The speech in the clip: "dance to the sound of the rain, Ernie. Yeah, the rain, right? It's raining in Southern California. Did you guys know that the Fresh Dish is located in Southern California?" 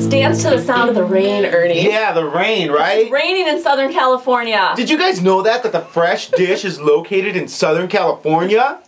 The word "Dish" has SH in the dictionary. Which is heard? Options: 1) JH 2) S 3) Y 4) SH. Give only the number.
4